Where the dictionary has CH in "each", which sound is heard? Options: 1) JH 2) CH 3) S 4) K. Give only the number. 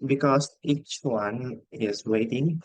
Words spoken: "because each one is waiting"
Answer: 2